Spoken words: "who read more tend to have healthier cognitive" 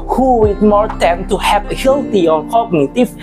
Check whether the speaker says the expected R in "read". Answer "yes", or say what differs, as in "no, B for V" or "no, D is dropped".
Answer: no, W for R